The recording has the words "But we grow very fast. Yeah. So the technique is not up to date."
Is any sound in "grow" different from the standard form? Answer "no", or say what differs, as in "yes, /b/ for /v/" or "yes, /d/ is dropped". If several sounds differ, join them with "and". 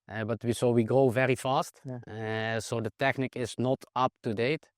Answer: no